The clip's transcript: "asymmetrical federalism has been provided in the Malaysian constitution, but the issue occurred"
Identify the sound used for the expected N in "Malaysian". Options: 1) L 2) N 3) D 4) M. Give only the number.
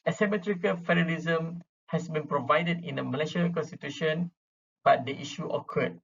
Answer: 1